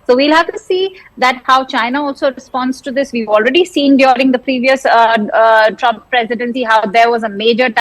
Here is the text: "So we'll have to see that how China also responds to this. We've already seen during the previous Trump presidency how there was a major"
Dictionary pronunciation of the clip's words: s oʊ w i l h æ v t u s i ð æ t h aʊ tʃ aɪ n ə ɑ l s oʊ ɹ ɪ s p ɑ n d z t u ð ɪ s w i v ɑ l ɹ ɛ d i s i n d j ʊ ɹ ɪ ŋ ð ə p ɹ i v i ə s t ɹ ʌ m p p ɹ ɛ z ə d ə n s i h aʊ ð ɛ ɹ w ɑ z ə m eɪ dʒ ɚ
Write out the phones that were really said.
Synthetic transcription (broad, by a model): s oʊ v i l h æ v t u s i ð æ t h aʊ tʃ aɪ n ə ɑ l s oʊ ɹ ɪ s p ɑ n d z t u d ɪ s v i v ɑ l ɹ ɛ d i s i n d j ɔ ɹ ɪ ŋ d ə p ɹ i v i ə s t ɹ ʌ m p p ɹ ɛ z ə d ə n s i h aʊ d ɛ ɹ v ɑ z ə m eɪ dʒ ɚ